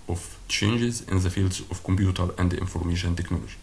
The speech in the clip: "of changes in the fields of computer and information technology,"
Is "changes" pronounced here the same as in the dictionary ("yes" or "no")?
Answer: yes